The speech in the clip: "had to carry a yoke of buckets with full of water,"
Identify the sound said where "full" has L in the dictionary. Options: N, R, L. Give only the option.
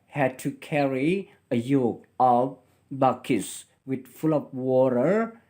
L